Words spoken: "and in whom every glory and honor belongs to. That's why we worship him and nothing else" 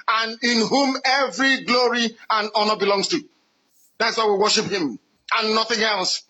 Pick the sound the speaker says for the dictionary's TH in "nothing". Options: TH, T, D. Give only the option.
TH